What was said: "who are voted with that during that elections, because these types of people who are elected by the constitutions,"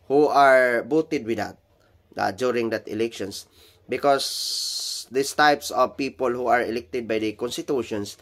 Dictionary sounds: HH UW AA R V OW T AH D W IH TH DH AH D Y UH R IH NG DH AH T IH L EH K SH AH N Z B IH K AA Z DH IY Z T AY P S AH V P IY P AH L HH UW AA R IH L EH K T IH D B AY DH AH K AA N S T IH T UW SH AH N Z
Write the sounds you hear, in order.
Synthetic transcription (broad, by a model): HH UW AA R B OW T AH D W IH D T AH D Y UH R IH NG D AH T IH L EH K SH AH N S B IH K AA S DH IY S T AY P S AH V P IY P AH L HH UW AA R IH L EH K T IH D B AY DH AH K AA N S T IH T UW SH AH N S